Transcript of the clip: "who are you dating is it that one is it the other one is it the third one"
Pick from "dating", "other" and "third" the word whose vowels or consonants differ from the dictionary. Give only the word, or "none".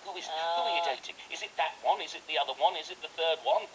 none